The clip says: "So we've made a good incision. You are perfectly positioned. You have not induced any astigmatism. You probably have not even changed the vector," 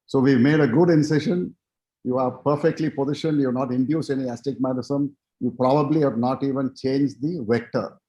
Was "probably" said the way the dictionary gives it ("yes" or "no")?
yes